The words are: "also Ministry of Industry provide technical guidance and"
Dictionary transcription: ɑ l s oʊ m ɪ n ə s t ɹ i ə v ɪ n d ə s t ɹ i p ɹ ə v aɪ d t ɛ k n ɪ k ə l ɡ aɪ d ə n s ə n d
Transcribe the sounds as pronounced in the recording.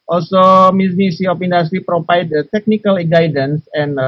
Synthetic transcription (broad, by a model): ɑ l s oʊ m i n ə s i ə p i n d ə s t ɹ i p ɹ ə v aɪ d t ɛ k n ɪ k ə l ɡ aɪ d ə n s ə n